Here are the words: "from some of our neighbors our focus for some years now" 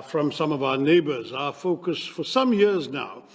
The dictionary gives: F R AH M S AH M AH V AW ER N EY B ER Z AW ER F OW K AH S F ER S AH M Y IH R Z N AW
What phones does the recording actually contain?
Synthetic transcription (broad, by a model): F R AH M S AH M AH V AW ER N EY B ER Z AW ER F OW K AH S F ER S AH M Y IH R Z N AW